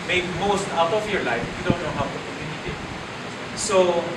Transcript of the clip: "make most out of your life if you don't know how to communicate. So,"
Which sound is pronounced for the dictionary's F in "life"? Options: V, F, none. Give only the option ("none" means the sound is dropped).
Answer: none